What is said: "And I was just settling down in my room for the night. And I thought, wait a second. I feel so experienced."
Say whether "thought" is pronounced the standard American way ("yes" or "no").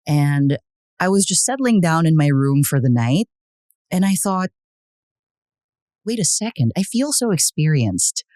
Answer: yes